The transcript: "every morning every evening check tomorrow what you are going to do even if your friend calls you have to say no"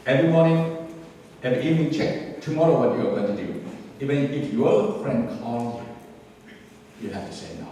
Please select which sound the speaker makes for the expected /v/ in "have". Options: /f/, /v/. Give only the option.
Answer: /f/